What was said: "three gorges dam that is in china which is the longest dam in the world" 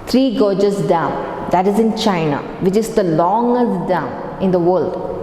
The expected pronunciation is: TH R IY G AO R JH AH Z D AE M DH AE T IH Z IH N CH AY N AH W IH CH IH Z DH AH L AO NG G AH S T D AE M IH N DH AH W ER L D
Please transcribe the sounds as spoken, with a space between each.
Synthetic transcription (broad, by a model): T R IY G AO JH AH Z D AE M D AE T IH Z IH N CH AY N AH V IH CH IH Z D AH L AO NG G AH S T D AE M IH N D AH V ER L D